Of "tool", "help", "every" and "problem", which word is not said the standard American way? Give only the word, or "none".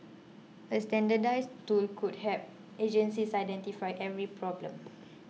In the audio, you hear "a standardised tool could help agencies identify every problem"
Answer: help